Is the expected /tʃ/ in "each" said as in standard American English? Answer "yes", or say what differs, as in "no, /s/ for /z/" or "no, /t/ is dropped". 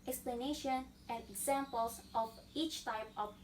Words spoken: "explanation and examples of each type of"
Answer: yes